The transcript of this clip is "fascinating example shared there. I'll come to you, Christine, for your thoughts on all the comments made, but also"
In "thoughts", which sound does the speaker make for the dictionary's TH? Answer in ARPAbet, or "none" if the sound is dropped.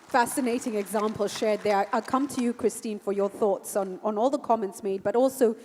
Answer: TH